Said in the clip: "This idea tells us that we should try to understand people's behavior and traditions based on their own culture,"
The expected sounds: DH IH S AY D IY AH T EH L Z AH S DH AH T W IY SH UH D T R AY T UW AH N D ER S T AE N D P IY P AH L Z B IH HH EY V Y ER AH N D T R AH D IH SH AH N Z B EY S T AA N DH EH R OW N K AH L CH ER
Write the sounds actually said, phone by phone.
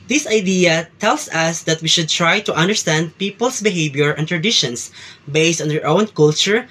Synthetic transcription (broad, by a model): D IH S AY D IY AH T EH L S AH S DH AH T W IY SH UH D T R AY T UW AH N D ER S T AE N D P IY P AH L S B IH HH EY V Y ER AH N T R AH D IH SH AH N S B EY S T AA N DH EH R OW N K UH L CH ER